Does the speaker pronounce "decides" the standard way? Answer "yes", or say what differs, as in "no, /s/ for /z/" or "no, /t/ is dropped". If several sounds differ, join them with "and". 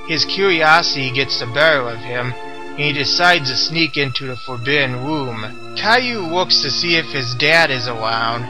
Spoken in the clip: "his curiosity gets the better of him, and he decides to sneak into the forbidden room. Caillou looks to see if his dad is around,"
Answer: yes